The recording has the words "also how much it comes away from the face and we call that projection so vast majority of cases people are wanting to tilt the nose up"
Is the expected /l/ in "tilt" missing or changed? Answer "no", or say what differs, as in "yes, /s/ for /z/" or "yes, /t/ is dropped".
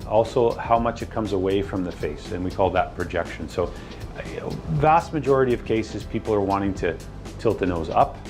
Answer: no